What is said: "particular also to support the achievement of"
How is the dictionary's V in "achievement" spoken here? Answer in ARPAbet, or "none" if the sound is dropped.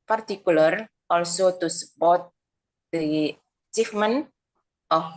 F